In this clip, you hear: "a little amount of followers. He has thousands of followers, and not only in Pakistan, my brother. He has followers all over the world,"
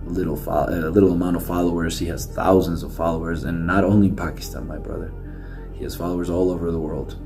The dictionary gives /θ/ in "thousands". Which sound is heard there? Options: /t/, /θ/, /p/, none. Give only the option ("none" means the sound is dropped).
/θ/